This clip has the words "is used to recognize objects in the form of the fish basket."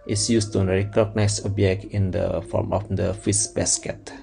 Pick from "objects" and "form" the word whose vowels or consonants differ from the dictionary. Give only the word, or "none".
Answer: objects